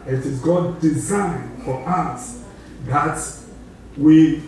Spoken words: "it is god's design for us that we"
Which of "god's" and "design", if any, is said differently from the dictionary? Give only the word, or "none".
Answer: god's